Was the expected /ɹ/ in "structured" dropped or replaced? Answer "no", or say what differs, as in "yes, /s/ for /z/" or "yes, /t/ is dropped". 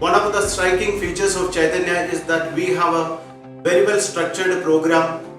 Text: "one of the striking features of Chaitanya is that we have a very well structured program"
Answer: no